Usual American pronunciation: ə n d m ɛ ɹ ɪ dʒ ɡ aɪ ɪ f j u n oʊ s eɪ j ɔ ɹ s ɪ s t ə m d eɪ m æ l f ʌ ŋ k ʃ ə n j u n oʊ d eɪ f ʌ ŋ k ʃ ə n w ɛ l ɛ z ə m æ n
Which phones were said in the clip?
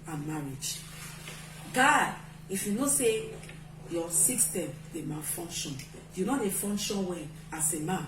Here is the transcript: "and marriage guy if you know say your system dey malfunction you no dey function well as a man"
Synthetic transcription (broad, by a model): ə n m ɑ ɹ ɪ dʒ ɡ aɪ ɪ f j u n oʊ s eɪ j ɔ s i s t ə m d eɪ m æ f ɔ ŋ k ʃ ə n j u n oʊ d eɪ f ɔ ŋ k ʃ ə n w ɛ n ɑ s ə m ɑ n